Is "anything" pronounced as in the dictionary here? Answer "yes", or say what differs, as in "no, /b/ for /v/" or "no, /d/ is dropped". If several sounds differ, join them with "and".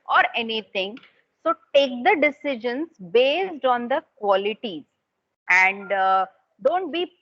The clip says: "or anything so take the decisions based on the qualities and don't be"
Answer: no, /t/ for /θ/